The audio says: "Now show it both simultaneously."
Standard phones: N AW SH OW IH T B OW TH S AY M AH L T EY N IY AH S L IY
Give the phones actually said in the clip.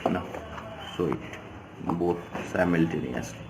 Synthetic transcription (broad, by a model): N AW S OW IH T B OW T S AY M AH L T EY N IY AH S